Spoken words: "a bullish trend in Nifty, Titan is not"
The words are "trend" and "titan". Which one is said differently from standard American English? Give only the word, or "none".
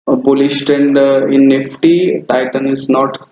trend